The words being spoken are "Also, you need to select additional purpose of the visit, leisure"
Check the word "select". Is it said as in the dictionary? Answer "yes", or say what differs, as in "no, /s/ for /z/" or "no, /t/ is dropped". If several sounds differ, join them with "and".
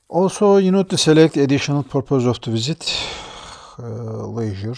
yes